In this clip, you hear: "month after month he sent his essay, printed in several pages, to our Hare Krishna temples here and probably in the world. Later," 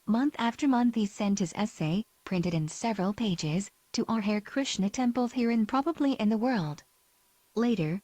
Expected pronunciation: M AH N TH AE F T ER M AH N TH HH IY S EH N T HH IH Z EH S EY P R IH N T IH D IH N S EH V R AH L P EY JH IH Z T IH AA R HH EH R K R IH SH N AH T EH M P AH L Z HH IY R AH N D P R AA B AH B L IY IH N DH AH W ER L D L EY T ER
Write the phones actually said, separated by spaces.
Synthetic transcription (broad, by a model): M AH N TH AE F T ER M AH N TH HH IY S EH N T HH IH Z EH S EY P R IH N T IH D IH N S EH V R AH L P EY JH IH Z T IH AA R HH EH R K R IH SH N AH T EH M P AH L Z HH IY R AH N P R AA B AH B L IY IH N DH AH W ER L D L EY T ER